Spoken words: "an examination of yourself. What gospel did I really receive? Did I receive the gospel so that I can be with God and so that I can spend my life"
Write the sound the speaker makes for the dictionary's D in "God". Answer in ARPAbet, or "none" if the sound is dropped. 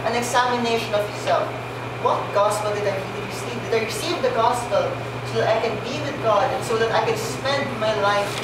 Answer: D